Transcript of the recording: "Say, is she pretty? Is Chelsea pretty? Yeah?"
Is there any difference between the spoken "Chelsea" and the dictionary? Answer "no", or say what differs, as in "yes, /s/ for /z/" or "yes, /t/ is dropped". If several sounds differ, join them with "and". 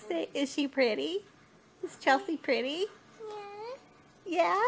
yes, /l/ is dropped